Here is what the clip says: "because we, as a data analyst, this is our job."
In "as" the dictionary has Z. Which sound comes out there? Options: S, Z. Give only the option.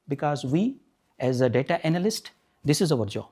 Z